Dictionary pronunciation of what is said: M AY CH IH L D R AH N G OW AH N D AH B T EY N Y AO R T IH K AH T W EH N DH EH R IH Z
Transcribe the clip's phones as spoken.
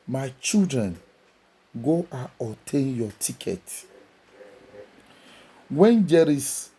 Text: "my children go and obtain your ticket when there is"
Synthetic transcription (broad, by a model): M AY CH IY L D R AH N G OW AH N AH T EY N Y AO T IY K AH T W EH N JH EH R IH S